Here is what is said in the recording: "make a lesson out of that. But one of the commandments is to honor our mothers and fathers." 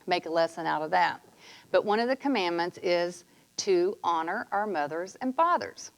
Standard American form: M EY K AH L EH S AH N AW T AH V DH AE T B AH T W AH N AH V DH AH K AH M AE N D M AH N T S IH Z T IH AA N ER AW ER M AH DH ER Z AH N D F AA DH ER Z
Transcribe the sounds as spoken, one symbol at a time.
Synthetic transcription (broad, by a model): M EY K AH L EH S AH N AW T AH V DH AE T B AH T W AH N AH V DH AH K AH M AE N M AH N T S IH Z T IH AA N ER AW ER M AH DH ER Z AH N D F AA DH ER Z